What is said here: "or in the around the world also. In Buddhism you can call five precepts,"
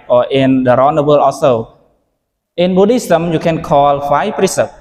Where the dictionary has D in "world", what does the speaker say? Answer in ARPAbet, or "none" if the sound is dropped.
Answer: none